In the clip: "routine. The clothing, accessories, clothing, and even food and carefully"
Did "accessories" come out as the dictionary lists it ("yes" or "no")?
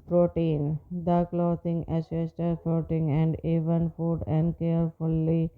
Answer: no